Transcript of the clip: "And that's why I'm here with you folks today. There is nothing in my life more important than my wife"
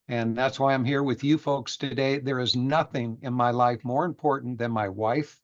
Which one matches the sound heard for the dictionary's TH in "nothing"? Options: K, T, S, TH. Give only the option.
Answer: TH